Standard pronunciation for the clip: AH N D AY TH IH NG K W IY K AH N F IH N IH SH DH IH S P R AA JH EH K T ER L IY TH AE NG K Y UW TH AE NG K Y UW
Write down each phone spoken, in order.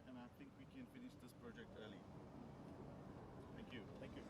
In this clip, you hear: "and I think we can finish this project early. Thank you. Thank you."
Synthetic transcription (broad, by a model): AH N AY T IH NG K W IY K AH N F IH N IH SH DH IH S P R AA JH EH K T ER L IY T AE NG K Y UW T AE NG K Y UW